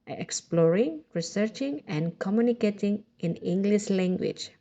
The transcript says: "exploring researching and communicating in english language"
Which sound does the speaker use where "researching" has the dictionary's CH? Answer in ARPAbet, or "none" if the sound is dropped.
CH